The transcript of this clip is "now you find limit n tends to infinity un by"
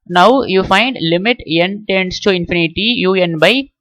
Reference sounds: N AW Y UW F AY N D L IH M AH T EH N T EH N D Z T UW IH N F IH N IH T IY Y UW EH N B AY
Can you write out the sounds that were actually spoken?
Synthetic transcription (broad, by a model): N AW Y UW F AY N D L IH M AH T EH N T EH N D S T UW IH N F IH N IH T IY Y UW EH N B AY